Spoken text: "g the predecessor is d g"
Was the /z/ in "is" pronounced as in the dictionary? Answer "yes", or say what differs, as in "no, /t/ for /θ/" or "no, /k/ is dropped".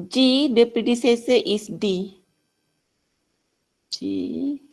no, /s/ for /z/